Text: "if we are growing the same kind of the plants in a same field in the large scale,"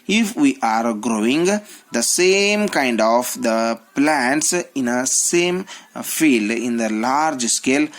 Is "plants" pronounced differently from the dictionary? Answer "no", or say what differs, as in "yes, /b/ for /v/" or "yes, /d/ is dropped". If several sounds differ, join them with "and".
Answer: no